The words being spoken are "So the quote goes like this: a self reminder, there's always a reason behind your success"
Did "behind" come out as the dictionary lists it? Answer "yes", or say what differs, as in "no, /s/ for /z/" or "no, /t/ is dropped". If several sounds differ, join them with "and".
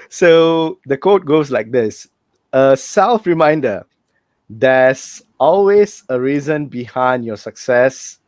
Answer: yes